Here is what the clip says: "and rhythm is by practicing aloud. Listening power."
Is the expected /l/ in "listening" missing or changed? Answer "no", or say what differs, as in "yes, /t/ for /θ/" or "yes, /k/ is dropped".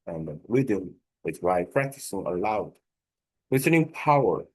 yes, /w/ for /l/